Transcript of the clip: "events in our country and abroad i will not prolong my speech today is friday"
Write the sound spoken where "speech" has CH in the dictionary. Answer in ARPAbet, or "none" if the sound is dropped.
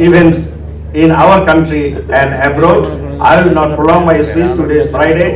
S